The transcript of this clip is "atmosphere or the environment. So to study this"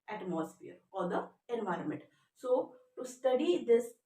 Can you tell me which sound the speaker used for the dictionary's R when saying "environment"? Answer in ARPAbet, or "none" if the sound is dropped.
R